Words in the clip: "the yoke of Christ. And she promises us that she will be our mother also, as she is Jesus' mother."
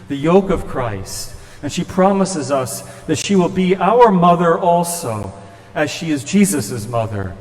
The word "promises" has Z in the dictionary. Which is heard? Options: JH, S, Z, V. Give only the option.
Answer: Z